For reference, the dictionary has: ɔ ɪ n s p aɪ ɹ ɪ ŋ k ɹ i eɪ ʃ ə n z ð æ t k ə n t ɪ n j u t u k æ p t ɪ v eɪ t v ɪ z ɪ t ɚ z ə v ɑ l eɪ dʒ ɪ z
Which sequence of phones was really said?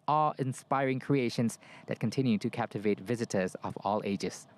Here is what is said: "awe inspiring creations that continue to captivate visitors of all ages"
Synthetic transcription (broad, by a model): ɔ ɪ n s p aɪ ɹ ɪ ŋ k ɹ i eɪ ʃ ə n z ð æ t k ə n t ɪ n j u t u k æ p t ɪ v eɪ t v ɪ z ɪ t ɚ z ə v ɑ l eɪ dʒ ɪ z